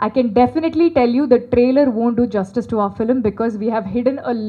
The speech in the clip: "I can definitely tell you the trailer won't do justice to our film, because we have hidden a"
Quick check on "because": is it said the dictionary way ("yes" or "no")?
yes